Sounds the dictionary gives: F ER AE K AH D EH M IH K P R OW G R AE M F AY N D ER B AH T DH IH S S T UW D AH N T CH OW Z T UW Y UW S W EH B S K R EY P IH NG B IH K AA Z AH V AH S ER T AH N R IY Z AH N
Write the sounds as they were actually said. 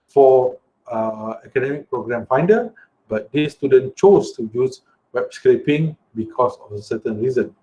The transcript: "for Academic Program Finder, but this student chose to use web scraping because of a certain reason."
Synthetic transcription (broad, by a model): F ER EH K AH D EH M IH K P R OW G R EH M F AY N D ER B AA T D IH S S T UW D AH N CH OW S T UW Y UW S W EH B S K R EY P IH NG B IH K AA S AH F AH S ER T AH N R IY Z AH N